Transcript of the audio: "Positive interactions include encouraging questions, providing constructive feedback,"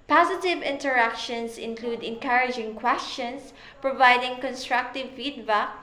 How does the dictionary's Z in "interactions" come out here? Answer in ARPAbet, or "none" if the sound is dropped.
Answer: S